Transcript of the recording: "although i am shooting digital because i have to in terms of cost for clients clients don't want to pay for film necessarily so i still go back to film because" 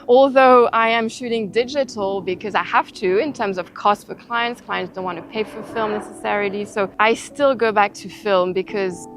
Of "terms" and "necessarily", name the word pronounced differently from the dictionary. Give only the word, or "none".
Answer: none